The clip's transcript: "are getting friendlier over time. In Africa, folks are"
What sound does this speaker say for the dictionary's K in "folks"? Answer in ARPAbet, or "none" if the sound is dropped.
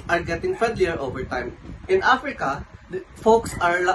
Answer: K